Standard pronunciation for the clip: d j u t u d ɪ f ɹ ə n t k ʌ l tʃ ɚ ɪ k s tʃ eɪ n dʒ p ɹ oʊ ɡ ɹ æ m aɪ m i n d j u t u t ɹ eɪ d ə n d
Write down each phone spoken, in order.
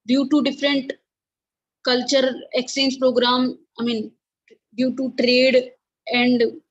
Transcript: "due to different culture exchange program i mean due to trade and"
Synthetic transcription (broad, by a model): d j u t u d ɪ f ɹ ə n t k ʌ l tʃ ɚ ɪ k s eɪ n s p ɹ oʊ ɡ ɹ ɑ m aɪ m i n d j u t u t ɹ eɪ d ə n d